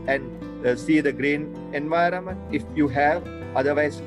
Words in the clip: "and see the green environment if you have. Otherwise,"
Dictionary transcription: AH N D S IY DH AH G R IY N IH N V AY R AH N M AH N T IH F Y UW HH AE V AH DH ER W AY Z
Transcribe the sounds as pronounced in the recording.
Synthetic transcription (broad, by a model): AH N D S IY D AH G R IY N IH N V AY R AH N M AH N T IH F Y UW HH AE V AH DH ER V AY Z